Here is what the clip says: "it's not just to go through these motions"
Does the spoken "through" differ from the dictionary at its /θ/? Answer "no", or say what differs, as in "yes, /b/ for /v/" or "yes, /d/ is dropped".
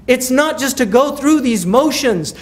no